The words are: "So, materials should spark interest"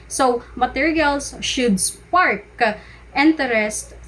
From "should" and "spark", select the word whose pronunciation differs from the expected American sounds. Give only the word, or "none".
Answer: none